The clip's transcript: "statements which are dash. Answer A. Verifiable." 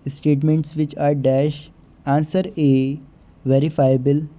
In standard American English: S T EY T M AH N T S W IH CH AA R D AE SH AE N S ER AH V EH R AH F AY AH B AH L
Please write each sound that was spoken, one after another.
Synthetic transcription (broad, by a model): S T EY T M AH N T S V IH CH AA R D AE SH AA N S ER AH V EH R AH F AY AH B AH L